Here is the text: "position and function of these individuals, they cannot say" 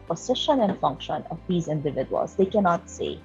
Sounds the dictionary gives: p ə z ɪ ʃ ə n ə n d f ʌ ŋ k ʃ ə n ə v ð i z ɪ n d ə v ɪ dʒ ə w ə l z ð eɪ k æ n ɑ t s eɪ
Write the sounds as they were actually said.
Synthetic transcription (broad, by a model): p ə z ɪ ʃ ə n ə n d f ʌ ŋ k ʃ ə n ə v ð i z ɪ n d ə v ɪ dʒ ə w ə l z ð eɪ k æ n ɑ t s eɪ